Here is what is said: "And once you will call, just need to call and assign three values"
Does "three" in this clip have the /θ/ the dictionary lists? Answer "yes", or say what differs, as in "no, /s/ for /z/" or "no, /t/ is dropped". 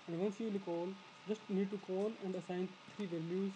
no, /t/ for /θ/